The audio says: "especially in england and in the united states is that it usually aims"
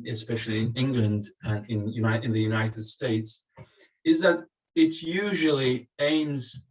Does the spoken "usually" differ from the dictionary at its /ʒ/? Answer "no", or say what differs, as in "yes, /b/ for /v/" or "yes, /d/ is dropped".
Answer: no